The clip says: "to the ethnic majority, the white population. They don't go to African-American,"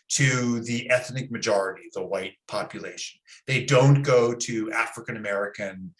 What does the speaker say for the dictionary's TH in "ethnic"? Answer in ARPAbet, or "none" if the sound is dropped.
TH